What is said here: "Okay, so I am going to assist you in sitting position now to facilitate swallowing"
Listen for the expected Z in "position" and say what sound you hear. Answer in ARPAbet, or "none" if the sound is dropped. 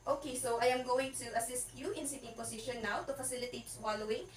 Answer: S